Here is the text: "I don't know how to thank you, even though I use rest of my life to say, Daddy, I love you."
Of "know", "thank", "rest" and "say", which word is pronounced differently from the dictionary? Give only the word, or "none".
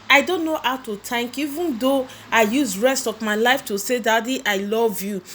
thank